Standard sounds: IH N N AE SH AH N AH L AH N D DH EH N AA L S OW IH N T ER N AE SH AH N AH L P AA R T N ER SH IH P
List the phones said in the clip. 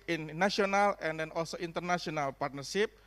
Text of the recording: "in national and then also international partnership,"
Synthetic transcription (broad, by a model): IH N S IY AH N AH L AH N D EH N AA L S OW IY N T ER N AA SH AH N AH L P AA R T N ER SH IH P